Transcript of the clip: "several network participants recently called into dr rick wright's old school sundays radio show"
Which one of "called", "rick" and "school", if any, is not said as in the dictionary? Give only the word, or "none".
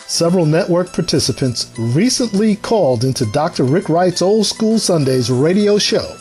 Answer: none